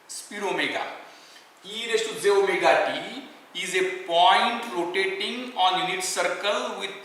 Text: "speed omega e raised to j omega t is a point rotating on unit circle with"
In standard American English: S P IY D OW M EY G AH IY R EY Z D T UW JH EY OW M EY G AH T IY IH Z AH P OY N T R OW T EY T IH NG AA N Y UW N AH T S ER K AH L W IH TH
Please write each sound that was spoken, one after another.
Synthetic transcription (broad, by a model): S P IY D OW M EY G AH IY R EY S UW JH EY OW M EY G AH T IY IH Z AH P OY N T L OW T EY T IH NG AA N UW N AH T S ER K AH L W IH